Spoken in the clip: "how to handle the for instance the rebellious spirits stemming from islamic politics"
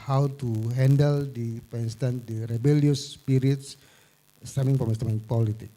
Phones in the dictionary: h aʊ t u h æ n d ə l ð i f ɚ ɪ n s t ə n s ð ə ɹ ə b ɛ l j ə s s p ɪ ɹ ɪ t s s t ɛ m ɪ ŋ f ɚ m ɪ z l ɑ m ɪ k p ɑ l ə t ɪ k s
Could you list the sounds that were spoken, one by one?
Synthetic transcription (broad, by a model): h aʊ t u h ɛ n d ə l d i p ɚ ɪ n s t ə n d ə ɹ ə b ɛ l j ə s s p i ɹ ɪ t s s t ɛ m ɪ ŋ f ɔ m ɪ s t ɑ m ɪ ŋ p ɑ l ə t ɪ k